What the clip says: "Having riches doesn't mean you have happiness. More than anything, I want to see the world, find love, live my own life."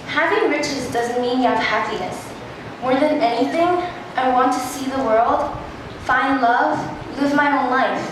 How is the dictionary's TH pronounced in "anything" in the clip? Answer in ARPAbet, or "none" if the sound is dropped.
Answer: TH